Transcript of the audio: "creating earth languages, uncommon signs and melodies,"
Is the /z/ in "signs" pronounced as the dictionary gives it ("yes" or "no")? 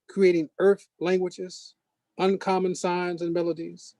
yes